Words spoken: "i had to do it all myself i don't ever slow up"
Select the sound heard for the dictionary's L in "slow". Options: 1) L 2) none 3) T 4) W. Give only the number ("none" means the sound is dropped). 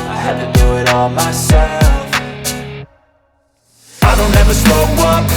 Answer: 2